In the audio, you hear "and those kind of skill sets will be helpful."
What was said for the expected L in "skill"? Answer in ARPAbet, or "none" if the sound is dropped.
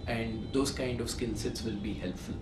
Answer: N